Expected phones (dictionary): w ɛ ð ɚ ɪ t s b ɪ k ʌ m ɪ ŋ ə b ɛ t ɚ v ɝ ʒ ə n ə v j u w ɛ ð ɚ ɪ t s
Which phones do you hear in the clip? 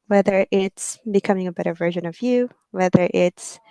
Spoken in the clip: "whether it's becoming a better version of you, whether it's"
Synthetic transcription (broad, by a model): w ɛ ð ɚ ɪ t s b ɪ k ʌ m ɪ ŋ ə b ɛ t ɚ v ɝ ʒ ə n ə v j u w ɛ ð ɚ ɪ t s